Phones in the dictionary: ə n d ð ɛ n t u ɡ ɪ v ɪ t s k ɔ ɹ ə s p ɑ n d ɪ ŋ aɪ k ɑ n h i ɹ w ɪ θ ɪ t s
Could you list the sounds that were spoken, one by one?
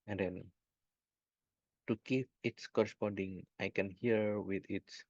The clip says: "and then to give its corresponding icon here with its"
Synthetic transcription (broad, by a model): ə n d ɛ n t u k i p ɪ t s k ɔ ɹ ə s p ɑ n d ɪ ŋ aɪ k ɑ n h i ɹ w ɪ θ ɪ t s